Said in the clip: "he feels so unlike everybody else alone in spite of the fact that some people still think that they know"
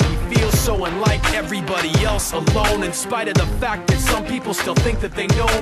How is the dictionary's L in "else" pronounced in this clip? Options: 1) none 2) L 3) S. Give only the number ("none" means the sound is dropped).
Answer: 2